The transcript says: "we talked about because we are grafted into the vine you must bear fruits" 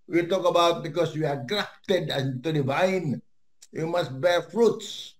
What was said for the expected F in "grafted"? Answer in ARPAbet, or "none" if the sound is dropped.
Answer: P